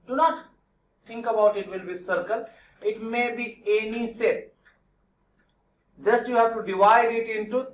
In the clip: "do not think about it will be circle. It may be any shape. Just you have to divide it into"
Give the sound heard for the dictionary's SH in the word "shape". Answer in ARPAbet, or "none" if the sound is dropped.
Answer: S